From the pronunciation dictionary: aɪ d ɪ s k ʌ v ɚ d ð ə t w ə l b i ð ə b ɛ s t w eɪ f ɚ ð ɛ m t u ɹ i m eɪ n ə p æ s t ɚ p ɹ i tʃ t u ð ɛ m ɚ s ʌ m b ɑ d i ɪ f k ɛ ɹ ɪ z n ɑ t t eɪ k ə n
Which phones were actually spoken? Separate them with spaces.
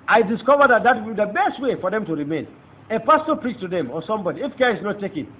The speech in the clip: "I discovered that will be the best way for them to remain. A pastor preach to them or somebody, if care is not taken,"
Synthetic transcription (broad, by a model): aɪ d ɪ s k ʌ v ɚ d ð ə t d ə w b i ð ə b ɛ s t w eɪ f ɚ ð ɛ m t u ɹ i m eɪ n ə p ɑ s t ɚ p ɹ i tʃ t u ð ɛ m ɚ s ʌ m b ɑ d i ɪ f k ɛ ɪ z n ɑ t t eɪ k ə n